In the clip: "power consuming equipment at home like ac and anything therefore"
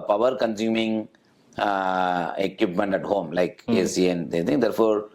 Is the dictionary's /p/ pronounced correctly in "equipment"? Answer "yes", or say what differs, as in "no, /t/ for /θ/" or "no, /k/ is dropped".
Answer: yes